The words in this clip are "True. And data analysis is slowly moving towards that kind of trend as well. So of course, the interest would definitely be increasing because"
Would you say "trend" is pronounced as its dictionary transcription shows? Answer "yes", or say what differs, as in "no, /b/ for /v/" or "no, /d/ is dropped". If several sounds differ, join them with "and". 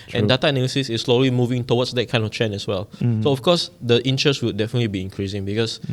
no, /d/ is dropped